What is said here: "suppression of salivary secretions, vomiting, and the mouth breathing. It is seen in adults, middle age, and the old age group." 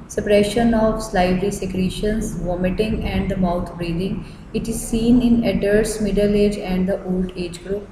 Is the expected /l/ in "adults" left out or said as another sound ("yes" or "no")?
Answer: yes